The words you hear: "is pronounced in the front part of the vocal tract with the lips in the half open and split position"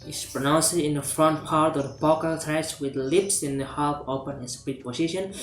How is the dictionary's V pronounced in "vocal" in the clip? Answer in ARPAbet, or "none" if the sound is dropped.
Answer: B